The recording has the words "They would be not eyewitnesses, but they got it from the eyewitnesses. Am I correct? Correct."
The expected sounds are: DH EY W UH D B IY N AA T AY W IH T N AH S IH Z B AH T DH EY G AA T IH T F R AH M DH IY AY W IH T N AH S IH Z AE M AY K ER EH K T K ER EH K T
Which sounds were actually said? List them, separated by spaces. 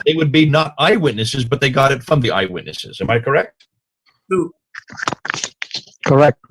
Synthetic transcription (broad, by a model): DH EY W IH D B IY N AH T AY W IH T N AH S IH Z B AH T DH EY G AA T IH T F R AH M DH IY AY W IH T N AH S IH Z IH M AY K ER EH K T K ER EH K T